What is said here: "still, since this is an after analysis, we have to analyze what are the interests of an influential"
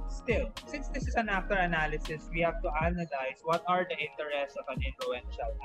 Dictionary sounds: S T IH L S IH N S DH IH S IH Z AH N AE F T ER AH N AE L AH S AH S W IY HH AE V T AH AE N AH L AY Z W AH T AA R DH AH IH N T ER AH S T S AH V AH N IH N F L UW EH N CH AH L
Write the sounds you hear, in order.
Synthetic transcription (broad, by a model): S T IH L S IH N S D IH S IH S AH N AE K T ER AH N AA L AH S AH S W IY HH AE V T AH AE N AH L AY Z W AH T AA R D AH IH N T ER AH S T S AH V AH N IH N F L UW EH N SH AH L